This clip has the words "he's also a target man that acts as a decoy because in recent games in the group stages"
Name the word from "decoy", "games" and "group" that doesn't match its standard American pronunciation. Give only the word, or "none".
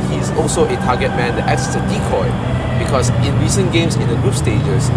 games